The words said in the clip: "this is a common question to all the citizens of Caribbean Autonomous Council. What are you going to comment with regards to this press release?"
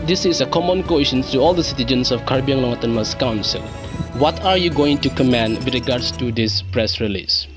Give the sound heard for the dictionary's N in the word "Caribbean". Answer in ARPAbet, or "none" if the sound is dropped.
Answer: L